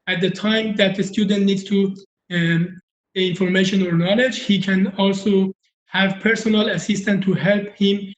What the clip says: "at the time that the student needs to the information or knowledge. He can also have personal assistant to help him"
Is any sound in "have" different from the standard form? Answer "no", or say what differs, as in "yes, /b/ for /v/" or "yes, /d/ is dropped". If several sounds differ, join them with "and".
no